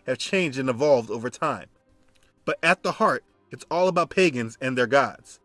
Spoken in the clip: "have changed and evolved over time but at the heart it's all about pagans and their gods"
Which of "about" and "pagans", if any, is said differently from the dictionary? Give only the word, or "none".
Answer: none